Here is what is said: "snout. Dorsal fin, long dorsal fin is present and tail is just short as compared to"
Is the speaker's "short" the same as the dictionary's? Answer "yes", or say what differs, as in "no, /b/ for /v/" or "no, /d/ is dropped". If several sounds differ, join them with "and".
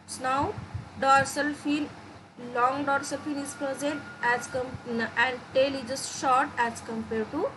yes